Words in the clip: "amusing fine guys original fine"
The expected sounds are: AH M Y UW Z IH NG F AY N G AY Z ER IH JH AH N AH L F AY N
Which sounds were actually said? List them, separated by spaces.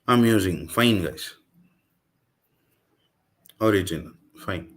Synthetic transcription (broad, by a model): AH M Y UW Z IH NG F AY N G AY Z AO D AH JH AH N F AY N